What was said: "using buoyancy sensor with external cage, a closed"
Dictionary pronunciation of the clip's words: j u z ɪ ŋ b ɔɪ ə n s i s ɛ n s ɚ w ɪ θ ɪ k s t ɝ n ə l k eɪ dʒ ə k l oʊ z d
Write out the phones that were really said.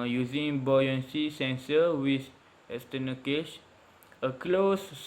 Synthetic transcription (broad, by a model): j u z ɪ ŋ b ɔɪ ə n s i s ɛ n s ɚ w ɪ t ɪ s t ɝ n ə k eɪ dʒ ə k l oʊ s